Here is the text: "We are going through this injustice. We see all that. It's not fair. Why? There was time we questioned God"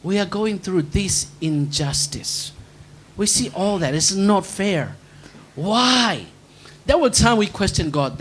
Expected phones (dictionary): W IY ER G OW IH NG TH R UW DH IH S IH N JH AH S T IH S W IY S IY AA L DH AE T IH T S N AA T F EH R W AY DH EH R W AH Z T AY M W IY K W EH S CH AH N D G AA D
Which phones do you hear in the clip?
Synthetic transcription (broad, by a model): W IY ER G OW IH NG TH R UW DH IH S IH N JH AH S T IH S W IY S IY AA L DH AE T IH T S N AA T F EH R W AY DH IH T W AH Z T AY M W IY K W EH S CH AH N G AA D